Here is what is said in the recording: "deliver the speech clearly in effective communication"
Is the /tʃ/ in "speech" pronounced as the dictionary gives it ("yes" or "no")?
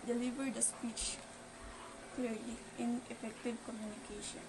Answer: yes